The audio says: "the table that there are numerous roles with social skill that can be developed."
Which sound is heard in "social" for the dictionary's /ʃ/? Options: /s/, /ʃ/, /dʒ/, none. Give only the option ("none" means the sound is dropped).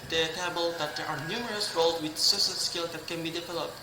/s/